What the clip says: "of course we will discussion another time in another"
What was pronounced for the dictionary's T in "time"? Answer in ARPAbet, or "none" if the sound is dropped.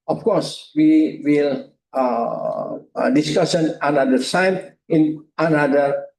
S